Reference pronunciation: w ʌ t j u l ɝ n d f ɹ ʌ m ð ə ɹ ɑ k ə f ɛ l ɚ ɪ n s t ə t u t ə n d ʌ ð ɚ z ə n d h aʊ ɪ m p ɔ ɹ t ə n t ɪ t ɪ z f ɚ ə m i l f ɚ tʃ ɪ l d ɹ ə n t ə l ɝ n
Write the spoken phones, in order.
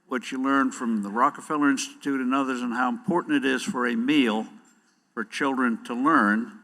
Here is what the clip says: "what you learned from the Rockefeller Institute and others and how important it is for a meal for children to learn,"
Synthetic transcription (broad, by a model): w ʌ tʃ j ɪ l ɝ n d f ɹ ʌ m ð ə ɹ ɑ k ə f ɛ l ɚ ɪ n s t ə t u t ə n ʌ ð ɚ z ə n h aʊ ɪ m p ɔ ɹ t n t ɪ t ɪ z f ɚ ə m i l f ɚ tʃ ɪ l d ɹ ə n t ə l ɝ n